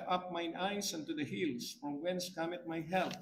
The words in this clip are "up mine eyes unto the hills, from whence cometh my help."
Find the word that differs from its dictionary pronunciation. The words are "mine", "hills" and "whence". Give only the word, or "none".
hills